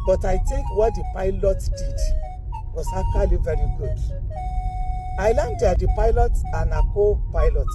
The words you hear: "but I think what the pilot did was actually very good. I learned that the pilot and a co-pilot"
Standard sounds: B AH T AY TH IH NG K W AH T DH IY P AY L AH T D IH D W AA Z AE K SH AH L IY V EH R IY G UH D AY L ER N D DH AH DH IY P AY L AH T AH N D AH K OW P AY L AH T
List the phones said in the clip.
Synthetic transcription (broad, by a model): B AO T AY T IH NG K W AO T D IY P AY L AH T D IH D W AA S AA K AH L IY V EH R IY G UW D AY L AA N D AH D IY P AY L AH T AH N AH K OW P AY L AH T